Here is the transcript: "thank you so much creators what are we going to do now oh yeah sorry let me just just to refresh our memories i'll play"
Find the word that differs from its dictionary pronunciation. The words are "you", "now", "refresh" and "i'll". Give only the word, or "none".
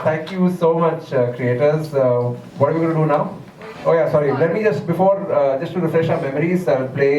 none